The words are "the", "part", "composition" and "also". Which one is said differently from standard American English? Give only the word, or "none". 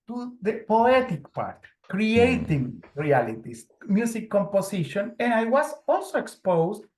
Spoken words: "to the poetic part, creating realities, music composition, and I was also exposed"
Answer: composition